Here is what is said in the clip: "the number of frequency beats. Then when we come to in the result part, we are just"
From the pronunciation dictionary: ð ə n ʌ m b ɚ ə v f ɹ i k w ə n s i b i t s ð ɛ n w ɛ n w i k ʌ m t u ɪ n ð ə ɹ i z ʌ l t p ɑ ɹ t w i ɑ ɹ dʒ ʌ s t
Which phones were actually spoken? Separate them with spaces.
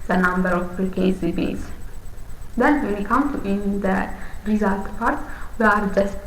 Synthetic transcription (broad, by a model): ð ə n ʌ m b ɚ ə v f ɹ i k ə s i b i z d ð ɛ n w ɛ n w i k ʌ m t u ɪ n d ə ɹ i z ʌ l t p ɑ ɹ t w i ɑ ɹ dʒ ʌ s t